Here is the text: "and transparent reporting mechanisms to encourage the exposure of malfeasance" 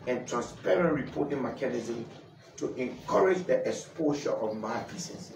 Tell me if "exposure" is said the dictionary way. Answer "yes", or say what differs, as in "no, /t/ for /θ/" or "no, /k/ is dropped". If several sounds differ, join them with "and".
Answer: no, /ʃ/ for /ʒ/